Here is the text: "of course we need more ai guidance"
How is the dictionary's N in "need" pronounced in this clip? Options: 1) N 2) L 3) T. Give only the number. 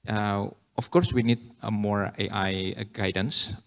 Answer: 1